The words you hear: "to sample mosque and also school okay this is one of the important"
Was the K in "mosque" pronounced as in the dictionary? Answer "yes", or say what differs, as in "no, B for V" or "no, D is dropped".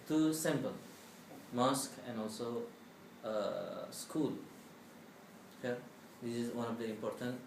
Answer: yes